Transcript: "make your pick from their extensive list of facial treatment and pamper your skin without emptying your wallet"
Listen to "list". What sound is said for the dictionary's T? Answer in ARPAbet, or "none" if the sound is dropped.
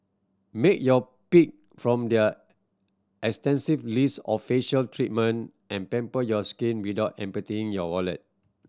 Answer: none